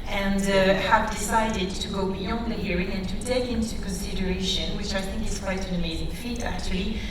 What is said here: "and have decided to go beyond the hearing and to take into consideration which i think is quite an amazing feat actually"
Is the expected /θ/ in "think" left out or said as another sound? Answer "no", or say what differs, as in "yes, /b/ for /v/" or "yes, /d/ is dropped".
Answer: no